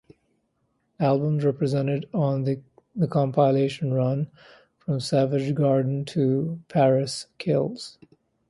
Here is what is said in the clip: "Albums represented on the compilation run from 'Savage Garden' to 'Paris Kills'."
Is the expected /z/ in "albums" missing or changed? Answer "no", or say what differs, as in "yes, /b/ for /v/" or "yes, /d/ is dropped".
no